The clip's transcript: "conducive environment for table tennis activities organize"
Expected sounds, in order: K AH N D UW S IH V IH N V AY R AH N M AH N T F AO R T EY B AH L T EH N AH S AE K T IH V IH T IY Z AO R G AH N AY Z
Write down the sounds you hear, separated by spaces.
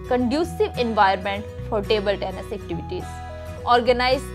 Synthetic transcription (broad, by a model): K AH N D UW S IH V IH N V AY AH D M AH N T F AO R T EY B AH L T EH N AH S AE K T IH V IH T IY Z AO R G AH N AY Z